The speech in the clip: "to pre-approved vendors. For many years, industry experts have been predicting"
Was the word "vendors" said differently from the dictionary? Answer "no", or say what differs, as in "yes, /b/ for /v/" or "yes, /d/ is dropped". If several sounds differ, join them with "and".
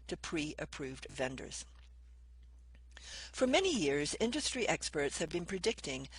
no